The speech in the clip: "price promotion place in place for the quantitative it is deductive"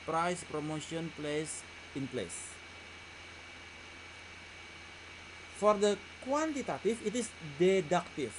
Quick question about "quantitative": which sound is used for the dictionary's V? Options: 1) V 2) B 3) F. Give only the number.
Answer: 3